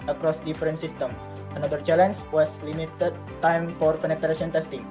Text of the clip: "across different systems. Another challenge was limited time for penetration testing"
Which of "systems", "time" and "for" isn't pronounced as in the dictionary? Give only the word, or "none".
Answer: systems